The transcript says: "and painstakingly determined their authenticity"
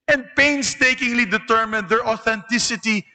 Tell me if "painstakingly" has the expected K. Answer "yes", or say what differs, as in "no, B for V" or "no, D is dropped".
yes